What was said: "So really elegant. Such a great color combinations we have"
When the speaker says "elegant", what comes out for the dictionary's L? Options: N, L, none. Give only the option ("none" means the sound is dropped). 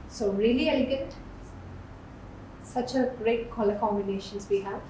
none